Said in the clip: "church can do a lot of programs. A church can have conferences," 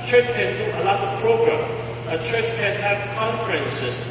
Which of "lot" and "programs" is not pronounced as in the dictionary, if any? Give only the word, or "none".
programs